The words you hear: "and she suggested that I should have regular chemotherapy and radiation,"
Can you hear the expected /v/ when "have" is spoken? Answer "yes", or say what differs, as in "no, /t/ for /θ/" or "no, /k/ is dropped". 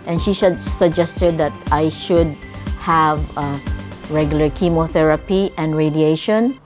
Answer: yes